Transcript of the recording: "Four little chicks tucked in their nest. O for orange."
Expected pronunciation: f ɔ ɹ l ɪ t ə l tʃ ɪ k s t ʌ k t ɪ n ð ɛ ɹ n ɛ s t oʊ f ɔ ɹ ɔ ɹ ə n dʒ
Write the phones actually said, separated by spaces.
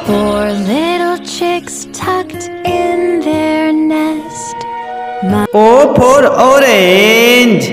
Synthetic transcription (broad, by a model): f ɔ ɹ l ɪ t l tʃ ɪ k s t ʌ k t ɪ n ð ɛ ɹ n ɛ s t oʊ p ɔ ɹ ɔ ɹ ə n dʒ